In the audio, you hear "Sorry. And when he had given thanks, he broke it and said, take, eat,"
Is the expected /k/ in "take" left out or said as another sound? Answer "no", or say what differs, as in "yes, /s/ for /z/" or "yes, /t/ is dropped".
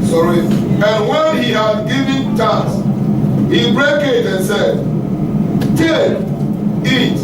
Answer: yes, /k/ is dropped